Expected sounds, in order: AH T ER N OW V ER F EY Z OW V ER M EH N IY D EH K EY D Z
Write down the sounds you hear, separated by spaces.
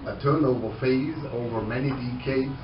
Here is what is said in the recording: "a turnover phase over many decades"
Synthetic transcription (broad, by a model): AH T ER N OW V ER F EY Z OW V ER M EH N IY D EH K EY D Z